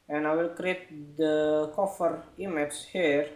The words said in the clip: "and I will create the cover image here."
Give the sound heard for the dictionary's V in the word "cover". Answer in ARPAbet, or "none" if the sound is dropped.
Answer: F